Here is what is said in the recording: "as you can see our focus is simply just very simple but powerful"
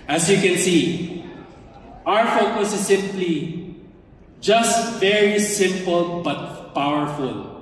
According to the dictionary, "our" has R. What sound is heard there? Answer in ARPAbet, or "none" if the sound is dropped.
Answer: R